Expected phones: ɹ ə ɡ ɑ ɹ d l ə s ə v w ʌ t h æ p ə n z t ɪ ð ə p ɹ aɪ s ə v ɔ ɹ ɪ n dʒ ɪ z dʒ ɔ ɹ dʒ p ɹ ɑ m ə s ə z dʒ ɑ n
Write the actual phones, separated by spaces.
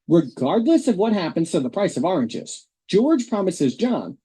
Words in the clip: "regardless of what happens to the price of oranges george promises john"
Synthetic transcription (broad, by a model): ɹ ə ɡ ɑ ɹ d l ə s ə v w ʌ t h æ p ə n z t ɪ ð ə p ɹ aɪ s ə v ɔ ɹ ɪ n dʒ ɪ z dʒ ɔ ɹ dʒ p ɹ ɑ m ə s ə z dʒ ɑ n